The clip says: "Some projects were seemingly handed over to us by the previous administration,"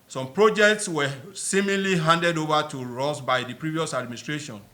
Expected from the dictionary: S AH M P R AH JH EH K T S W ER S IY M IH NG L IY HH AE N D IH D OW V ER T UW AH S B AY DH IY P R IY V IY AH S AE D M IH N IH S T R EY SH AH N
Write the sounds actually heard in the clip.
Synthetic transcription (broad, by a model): S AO M P R AH JH EH K T S W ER S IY M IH L IY HH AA N D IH D OW V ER T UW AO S B AY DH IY P R IY V IY AH S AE D M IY N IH S T R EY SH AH N